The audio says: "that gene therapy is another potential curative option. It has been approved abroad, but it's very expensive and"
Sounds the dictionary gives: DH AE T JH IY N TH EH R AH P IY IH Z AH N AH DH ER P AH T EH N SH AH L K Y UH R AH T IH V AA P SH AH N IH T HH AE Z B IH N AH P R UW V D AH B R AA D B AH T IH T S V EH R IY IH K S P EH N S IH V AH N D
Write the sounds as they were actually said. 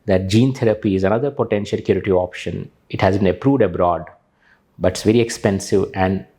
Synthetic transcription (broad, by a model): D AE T JH IY N T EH R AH P IY IH Z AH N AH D ER P AH T EH N SH AH L K Y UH R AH T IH AA P SH AH N IH T HH AE Z B IH N AH P R UW V D AH B R AA D B AH T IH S V EH R IY IH K S P EH N S IH V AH N D